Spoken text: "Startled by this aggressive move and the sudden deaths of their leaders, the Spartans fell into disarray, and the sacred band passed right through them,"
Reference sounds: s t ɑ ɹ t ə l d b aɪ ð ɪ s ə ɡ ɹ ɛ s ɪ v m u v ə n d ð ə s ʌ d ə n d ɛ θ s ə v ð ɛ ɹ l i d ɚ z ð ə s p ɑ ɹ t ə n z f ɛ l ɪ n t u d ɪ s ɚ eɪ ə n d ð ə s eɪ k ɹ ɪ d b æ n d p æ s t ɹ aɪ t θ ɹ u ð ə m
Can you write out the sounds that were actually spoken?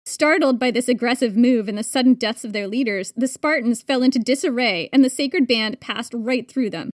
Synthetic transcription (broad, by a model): s t ɑ ɹ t l d b aɪ ð ɪ s ə ɡ ɹ ɛ s ɪ v m u v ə n ð ə s ʌ d n d ɛ θ s ə v ð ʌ ɹ l i d ɚ z ð ə s p ɑ ɹ t n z f ɛ l ɪ n t u d ɪ s ɚ eɪ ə n ð ə s eɪ k ɹ ɪ d b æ n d p æ s t ɹ aɪ t θ ɹ u ð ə m